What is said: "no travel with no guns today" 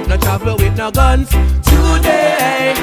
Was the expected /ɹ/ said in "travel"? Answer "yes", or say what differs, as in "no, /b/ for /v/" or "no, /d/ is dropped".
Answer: no, /ɹ/ is dropped